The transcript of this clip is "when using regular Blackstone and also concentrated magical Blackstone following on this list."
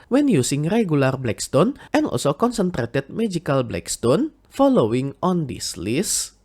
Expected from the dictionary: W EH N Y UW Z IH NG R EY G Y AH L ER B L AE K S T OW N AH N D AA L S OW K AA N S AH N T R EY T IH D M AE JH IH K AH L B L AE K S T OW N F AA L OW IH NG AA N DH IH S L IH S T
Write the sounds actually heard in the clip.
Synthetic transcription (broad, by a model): W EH N Y UW S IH NG R EY G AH L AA B L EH K S T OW N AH N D AA L S OW K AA N S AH N T R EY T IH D M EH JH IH K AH L B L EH K S T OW N F AA L OW IH NG AA N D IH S L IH S